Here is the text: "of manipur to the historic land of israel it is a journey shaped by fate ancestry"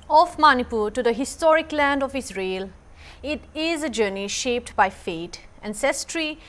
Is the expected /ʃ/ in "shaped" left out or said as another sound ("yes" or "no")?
no